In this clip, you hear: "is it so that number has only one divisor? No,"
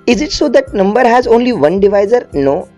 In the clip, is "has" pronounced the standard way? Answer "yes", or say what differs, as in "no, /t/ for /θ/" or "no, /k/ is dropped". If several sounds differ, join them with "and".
yes